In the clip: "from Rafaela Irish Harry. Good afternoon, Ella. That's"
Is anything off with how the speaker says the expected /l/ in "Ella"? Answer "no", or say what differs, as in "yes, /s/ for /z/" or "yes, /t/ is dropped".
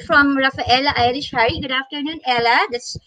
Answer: no